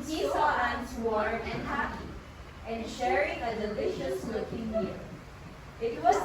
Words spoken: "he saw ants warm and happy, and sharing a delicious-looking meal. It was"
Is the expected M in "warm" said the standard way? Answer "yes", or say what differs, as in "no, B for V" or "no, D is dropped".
no, M is dropped